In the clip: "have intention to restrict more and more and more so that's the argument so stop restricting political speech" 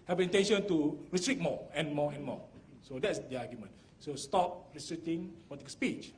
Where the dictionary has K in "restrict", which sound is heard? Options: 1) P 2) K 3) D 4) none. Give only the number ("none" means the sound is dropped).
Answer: 4